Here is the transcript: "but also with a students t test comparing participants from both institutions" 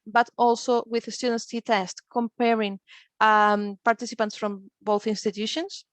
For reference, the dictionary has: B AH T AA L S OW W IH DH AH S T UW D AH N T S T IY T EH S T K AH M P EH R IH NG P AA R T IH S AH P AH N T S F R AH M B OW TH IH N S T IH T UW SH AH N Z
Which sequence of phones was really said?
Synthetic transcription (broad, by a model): B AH T AA L S OW W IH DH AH S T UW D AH N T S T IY T EH S T K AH M P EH R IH NG P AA R T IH S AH P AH N T S F R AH M B OW TH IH N S T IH T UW SH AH N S